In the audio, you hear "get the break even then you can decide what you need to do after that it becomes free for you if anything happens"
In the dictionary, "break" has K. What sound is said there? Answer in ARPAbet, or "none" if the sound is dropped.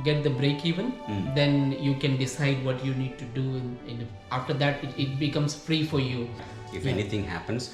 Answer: K